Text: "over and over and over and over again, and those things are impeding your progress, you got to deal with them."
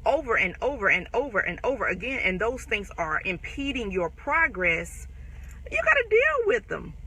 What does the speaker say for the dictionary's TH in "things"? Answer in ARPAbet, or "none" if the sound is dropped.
TH